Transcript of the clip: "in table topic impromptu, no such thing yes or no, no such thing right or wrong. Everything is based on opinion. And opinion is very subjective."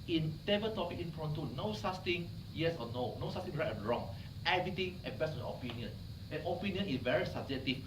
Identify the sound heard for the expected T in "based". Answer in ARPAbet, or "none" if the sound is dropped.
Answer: none